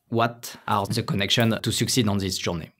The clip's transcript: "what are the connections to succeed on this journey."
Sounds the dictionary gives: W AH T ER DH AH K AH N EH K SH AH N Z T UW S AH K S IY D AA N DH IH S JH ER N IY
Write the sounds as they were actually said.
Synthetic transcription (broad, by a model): W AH T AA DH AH K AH N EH K SH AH N T UW S AH K S IY D AA N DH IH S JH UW N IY